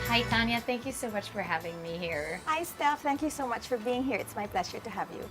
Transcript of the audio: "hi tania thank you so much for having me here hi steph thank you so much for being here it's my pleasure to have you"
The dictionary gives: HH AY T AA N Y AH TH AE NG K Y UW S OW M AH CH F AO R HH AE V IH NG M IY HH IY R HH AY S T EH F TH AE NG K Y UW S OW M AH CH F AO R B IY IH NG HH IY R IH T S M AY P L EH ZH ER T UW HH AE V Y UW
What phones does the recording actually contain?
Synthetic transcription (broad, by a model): HH AY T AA N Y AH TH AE NG K Y UW S OW M AH CH F AO R HH AE V IH NG M IY HH IY R HH AY S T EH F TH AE NG K Y UW S OW M AH CH F AO R B IY IH NG HH IY R IH T S M AY P L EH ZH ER T UW HH AE V Y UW